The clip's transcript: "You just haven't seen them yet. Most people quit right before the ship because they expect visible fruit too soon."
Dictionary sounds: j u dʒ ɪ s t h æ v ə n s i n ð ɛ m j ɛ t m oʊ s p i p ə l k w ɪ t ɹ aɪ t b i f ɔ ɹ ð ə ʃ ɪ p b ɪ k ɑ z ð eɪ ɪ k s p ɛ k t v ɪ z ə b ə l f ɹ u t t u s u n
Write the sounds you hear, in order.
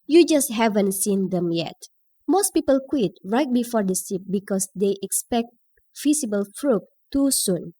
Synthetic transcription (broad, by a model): j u dʒ ɪ s t h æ v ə n s i n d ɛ m j ɛ t m oʊ s p i p ə l k w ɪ t ɹ aɪ t b i f ɔ ɹ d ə s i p b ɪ k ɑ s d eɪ ɪ k s p ɛ k t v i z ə b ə l f ɹ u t t u s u n